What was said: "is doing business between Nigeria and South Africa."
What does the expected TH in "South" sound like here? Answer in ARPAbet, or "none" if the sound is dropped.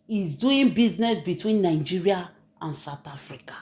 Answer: T